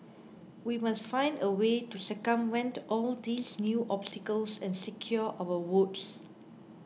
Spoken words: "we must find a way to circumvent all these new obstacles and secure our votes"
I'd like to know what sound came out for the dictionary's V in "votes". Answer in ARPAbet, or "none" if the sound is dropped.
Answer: W